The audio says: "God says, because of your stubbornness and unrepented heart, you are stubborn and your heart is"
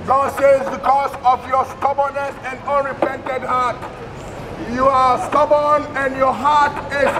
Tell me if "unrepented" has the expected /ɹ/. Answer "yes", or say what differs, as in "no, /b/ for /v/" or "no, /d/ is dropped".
yes